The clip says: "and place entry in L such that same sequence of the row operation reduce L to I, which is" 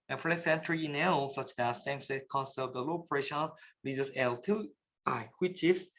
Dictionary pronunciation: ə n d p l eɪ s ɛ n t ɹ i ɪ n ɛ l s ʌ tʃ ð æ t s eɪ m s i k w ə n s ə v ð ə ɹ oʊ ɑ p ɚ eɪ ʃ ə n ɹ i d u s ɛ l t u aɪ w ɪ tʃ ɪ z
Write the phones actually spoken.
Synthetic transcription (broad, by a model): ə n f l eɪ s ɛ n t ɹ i ɪ n ɛ l s ʌ tʃ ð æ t s eɪ m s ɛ k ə n s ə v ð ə l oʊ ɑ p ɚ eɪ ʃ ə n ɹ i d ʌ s ɛ l t u aɪ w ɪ tʃ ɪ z